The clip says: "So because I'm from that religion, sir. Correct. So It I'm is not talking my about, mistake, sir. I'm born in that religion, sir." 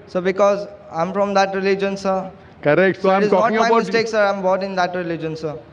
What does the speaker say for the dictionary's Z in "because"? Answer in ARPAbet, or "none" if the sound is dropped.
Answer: Z